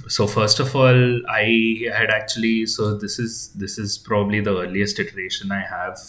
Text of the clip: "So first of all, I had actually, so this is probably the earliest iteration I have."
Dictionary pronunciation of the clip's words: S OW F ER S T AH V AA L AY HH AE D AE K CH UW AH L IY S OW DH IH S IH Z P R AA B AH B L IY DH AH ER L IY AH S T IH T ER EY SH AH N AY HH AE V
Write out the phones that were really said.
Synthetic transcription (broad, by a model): S OW F ER S T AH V AA L AY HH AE D AE K CH UW AH L IY S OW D IH S IH Z P R AA B AH B L IY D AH ER L IY AH S T IH T ER EY SH AH N AY HH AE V